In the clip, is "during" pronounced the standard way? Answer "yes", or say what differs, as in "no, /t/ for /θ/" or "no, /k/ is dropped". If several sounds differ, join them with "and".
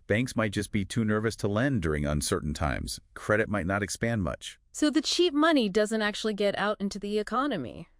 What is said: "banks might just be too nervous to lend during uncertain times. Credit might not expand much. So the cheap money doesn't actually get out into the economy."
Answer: yes